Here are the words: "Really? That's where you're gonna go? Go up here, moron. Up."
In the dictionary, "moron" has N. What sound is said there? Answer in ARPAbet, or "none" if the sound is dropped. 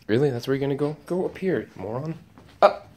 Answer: N